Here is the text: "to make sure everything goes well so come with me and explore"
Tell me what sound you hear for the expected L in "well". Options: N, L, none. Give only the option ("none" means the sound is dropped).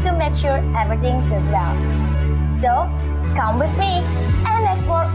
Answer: N